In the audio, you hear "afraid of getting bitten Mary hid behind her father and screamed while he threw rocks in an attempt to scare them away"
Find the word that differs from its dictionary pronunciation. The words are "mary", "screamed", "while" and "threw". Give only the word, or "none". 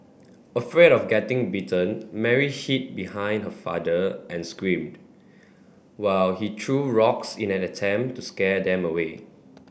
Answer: threw